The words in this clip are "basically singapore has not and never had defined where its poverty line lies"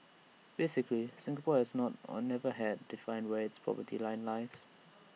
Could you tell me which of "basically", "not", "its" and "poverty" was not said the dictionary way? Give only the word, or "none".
poverty